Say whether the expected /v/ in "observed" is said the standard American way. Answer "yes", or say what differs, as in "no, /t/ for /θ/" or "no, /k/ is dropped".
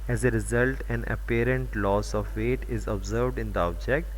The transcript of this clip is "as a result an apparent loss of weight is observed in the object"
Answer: yes